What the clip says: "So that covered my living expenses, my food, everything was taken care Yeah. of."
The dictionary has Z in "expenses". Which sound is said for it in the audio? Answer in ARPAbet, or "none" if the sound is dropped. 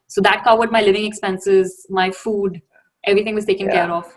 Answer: Z